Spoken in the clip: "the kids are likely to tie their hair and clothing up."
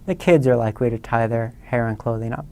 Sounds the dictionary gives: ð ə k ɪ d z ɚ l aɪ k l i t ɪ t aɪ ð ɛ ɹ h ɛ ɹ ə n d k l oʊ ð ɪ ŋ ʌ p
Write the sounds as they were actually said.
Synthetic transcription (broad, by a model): ð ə k ɪ d z ɚ l aɪ k l i t ɪ t aɪ ð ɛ ɹ h ɛ ɹ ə n k l oʊ ð ɪ ŋ ʌ p